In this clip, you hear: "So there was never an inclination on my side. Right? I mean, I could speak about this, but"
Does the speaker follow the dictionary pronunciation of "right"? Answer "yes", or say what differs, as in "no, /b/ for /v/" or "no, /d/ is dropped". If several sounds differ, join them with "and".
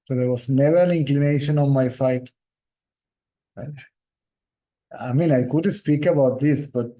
no, /t/ is dropped